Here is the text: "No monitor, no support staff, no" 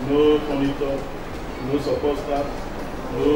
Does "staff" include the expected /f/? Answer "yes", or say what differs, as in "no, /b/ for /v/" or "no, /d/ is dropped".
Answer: no, /p/ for /f/